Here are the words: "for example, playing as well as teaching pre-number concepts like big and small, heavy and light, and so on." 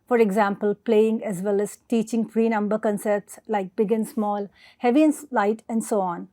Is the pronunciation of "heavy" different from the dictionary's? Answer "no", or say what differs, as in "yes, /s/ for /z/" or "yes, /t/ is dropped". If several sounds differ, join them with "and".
no